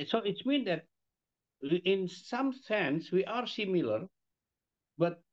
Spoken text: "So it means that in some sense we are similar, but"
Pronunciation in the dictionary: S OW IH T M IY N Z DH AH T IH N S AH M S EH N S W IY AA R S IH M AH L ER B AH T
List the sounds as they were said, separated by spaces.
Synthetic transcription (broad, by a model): S OW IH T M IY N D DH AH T IH N S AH M S EH N S W IY AA R S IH M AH L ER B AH T